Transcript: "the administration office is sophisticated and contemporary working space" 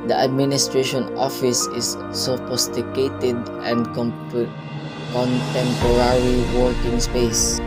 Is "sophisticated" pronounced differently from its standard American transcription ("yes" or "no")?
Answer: yes